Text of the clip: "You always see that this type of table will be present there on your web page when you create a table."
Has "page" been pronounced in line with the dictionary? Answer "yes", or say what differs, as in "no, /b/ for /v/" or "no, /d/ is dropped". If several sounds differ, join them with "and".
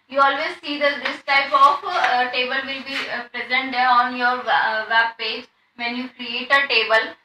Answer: yes